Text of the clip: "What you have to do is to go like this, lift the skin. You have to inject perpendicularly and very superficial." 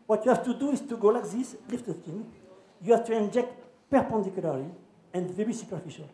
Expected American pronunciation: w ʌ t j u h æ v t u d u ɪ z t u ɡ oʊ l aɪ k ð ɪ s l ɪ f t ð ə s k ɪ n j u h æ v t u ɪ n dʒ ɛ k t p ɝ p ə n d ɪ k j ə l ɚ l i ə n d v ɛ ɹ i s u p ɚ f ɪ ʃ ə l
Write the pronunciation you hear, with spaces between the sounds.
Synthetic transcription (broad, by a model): w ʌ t j u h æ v t u d u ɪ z t u ɡ oʊ l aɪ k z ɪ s l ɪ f t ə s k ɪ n j u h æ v t u ɪ n dʒ ɛ k t p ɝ p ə n d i k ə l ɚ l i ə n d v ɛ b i s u p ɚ f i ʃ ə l